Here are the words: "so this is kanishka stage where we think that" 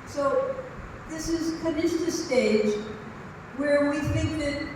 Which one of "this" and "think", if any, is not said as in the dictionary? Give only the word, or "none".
none